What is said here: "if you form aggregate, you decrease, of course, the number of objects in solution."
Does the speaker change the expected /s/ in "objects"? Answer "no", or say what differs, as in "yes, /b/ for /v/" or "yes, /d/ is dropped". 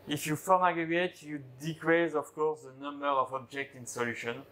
yes, /s/ is dropped